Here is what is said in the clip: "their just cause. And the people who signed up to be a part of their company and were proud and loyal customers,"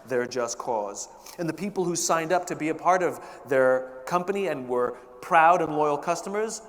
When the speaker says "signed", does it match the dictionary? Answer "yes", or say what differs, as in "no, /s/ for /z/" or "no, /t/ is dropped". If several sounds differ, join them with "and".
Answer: yes